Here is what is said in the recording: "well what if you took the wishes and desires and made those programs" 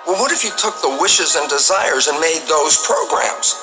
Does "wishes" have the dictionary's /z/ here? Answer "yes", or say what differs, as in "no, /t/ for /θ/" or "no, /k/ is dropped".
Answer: yes